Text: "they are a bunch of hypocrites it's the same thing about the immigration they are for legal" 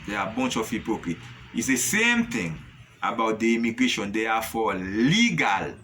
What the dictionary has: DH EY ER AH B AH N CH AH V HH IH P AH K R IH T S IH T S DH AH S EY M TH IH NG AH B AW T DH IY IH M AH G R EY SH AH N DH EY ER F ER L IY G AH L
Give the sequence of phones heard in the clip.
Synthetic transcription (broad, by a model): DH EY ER AH B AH N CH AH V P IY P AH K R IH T IH T S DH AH S EY M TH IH NG AH B AW T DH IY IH M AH G R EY SH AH N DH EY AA F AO L IY G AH L